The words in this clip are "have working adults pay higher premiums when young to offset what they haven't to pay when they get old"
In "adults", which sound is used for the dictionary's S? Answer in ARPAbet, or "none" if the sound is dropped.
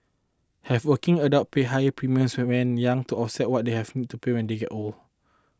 none